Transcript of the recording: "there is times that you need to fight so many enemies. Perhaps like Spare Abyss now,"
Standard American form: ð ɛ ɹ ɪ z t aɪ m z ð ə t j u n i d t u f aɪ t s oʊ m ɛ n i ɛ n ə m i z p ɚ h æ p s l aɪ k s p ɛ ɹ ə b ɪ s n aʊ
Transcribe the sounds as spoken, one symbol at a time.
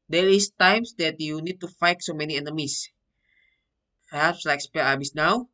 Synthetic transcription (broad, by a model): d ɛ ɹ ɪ s t aɪ m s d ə t j u n i d t u f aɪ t s oʊ m ɛ n i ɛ n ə m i s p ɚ h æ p s l aɪ k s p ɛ l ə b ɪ s n aʊ